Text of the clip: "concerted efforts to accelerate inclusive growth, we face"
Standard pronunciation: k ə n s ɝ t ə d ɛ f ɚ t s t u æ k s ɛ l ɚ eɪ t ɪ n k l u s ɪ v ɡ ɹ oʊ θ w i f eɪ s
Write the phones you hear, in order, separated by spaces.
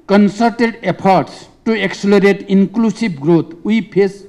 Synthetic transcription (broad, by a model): k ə n s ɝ t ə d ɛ p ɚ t s t u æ k s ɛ l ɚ eɪ t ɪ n k l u s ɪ b ɡ ɹ oʊ t w i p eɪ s